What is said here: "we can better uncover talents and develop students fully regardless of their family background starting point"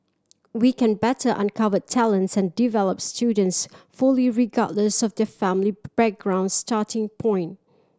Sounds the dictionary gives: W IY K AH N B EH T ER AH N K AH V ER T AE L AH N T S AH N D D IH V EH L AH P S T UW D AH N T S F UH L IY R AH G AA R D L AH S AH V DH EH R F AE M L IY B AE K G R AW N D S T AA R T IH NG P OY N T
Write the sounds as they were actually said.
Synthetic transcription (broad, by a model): W IY K AH N B EH T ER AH N K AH V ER T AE L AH N T S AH N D D IH V EH L AH P S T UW D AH N T S F UH L IY R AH G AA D L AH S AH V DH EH F AE M L IY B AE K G R AW N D S T AA T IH NG P OY N T